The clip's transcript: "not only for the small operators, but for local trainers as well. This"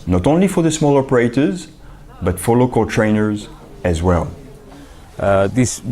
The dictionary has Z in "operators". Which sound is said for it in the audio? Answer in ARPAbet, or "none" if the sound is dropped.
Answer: Z